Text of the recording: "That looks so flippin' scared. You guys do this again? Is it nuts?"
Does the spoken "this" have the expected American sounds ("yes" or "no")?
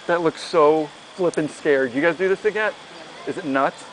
yes